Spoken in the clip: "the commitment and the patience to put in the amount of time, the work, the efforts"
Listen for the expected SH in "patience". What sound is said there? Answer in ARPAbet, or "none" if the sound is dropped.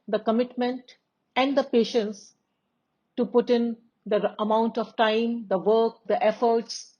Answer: SH